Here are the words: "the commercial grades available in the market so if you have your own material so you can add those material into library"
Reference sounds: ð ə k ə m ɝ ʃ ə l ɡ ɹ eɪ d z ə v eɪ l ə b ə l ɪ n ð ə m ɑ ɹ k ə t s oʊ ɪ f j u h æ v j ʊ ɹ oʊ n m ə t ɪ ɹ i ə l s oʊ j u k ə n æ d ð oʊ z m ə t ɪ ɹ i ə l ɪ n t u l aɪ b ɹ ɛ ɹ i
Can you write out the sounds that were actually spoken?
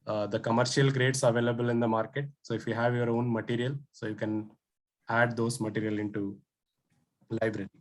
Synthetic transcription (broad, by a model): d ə k ə m ɝ ʃ ə l ɡ ɹ eɪ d s ə v eɪ l ə b ə l ɪ n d ə m ɑ ɹ k ə t s oʊ ɪ f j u h æ v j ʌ ɹ oʊ n m ə t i ɹ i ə l s oʊ j u k ə n æ d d oʊ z m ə t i ɹ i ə l ɪ n t u l aɪ b ɹ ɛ ɹ i